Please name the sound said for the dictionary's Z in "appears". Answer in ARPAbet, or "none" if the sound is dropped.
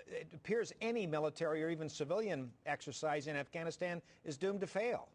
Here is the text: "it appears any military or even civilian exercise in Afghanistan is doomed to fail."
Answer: Z